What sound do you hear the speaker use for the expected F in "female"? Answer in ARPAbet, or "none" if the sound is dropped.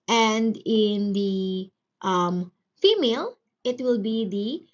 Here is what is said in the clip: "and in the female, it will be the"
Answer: F